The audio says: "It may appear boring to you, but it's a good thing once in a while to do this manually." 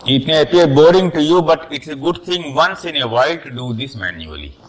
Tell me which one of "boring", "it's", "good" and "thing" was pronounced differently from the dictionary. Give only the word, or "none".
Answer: thing